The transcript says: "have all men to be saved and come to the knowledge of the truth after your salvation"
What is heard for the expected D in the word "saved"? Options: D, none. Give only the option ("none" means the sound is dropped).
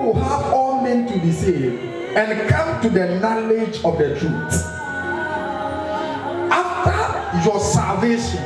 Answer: none